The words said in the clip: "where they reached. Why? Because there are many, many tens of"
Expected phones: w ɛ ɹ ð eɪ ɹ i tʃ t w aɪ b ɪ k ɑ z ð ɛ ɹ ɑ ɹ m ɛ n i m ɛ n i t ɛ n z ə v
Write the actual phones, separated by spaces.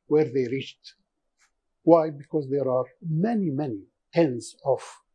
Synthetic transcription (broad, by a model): w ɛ ɹ ð eɪ ɹ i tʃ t w aɪ b ɪ k ɑ z ð ɛ ɹ ɑ ɹ m ɛ n i m ɛ n i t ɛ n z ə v